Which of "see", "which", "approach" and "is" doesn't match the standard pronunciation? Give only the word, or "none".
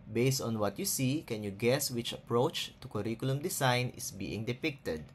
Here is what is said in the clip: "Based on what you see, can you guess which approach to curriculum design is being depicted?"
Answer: is